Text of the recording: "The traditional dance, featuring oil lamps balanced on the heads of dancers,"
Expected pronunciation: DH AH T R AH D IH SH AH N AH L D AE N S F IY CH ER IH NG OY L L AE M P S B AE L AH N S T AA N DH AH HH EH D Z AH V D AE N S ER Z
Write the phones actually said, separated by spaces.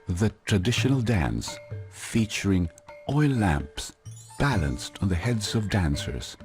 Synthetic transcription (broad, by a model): DH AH T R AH D IH SH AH N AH L D AE N S F IY CH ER IH NG OY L L AE M P S B AE L AH N S T N DH AH HH EH D Z AH V D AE N S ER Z